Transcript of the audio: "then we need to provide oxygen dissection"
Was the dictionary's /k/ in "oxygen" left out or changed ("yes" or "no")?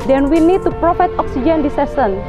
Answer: no